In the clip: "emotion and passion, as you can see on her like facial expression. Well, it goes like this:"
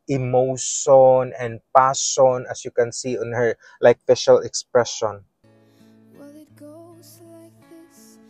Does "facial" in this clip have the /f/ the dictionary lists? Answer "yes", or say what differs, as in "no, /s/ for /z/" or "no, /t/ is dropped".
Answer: no, /p/ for /f/